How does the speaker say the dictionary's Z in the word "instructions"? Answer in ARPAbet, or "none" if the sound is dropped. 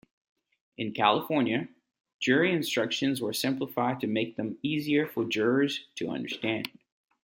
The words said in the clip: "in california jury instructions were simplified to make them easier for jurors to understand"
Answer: Z